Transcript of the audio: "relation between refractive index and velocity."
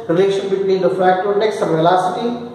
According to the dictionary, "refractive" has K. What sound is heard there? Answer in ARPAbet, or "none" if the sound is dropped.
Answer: none